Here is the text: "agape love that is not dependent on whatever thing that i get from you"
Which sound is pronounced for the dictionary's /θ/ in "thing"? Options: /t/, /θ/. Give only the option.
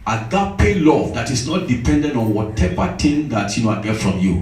/t/